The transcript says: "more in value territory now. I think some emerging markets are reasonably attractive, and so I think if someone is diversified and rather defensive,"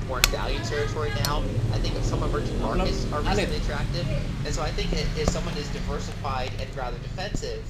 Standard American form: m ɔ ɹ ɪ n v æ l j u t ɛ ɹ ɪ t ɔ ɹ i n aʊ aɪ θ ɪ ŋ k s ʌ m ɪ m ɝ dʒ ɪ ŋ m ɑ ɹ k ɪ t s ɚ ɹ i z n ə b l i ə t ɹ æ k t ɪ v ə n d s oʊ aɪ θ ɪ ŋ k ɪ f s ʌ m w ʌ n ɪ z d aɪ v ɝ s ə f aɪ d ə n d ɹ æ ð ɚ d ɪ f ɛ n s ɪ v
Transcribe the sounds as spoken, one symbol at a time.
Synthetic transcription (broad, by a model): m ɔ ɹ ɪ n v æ l j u t ɛ ɹ ɪ t ɔ ɹ i n aʊ aɪ θ ɪ ŋ k s ʌ m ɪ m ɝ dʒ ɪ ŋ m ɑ ɹ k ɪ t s ɚ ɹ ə l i ə t ɹ æ k t ɪ v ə n s oʊ aɪ θ ɪ ŋ k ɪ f s ʌ m w ʌ n ɪ z d aɪ v ɝ s ə f aɪ d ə n ɹ æ ð ɚ d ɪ f ɛ n s ɪ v